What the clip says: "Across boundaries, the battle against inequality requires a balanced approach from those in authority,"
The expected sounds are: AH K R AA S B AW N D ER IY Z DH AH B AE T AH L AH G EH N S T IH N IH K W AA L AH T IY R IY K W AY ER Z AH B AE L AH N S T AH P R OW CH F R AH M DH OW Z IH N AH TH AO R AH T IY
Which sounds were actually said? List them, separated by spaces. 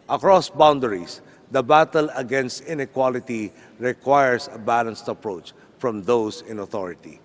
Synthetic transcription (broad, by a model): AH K R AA S B AW N D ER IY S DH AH B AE T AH L AH G EH N S T IH N IH K W AA L AH T IY R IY K W AY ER S AH B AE L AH N S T AH P R OW CH F R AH M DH OW S IH N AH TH AO R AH T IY